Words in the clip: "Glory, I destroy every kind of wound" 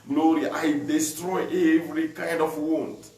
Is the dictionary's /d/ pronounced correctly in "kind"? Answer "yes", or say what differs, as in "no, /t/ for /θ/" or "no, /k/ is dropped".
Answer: yes